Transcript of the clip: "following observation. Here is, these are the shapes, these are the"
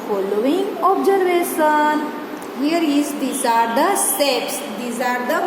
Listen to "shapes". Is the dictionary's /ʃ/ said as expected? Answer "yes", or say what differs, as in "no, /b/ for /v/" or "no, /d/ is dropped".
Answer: no, /s/ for /ʃ/